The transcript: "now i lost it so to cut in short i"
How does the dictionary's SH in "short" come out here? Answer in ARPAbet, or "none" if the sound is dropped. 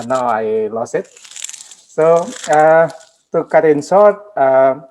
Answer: S